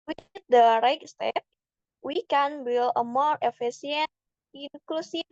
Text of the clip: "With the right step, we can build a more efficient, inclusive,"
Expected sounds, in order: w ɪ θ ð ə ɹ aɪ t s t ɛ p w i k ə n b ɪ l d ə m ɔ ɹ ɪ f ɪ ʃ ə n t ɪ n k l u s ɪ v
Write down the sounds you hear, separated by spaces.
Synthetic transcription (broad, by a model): w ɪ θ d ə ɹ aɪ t s t ɛ p w i k ə n b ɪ l ə m ɔ ɹ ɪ f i s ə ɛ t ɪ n k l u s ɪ